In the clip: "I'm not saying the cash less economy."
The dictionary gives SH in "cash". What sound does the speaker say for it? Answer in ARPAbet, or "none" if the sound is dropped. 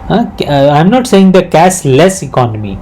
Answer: S